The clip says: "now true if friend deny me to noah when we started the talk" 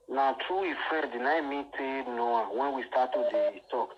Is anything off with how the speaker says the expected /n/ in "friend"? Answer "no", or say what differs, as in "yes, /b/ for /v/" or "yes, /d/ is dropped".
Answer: yes, /n/ is dropped